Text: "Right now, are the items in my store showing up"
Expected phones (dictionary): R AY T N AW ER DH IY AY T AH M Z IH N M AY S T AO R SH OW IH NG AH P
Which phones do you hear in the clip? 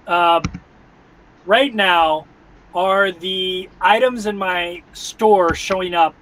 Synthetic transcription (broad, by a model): R AY T N AW ER DH IY AY T AH M Z IH N M AY S T AO R SH OW IH NG AH P